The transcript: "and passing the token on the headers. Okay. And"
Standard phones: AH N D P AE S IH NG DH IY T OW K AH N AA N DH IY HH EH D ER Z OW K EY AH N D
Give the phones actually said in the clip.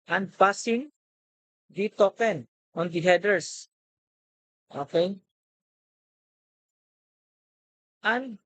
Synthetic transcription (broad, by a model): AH N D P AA S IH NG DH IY T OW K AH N AA N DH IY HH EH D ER S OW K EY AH N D